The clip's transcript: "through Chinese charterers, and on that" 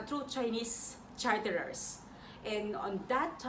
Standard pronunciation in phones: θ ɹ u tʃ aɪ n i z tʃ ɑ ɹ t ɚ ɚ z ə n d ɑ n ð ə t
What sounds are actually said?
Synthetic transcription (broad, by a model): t ɹ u tʃ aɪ n i s tʃ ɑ ɹ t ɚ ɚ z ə n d ɑ n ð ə t